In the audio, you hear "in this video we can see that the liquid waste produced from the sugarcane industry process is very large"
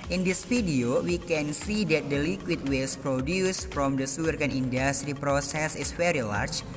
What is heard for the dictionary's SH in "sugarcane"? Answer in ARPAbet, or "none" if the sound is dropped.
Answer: S